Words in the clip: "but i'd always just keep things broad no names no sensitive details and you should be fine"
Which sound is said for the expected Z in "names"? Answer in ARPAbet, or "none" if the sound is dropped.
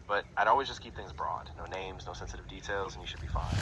Z